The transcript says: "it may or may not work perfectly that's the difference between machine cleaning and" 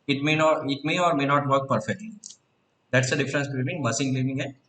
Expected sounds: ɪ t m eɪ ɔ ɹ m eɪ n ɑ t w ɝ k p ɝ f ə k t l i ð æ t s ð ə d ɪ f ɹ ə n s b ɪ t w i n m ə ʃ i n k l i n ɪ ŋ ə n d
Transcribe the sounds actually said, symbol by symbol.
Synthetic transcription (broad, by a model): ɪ t m eɪ ɔ ɹ m eɪ n ɑ t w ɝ k p ɝ f ə k t l i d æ t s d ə d ɪ f ɹ ə n s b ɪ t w i n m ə s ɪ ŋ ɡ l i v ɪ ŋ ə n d